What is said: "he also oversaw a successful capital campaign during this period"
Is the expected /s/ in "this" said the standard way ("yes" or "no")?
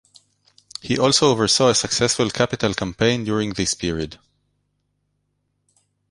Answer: yes